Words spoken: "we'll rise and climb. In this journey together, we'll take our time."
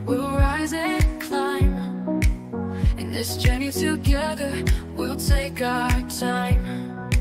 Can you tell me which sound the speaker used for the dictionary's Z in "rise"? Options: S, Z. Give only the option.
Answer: Z